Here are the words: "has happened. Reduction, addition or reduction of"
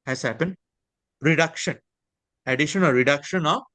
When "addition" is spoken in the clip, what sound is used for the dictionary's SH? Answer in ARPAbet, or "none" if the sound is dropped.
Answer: SH